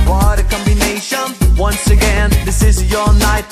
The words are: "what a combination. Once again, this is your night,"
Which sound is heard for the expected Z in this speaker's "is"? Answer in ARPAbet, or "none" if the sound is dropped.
Z